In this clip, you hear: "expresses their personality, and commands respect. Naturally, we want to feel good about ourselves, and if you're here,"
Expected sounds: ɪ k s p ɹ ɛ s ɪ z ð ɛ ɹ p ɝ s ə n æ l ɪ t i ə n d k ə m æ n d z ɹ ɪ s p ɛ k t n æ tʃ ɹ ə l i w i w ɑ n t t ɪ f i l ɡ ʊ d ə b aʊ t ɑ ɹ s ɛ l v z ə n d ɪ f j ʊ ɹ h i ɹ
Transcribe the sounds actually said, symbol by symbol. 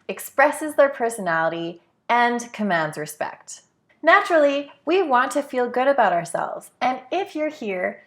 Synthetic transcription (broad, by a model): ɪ k s p ɹ ɛ s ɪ z ð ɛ ɹ p ɝ s ə n æ l ɪ t i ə n k ə m æ n d z ɹ ɪ s p ɛ k t n æ tʃ ɹ l i w i w ɑ n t t ɪ f i l ɡ ʊ d ə b aʊ t ɑ ɹ s ɛ l v z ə n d ɪ f j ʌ ɹ h i ɹ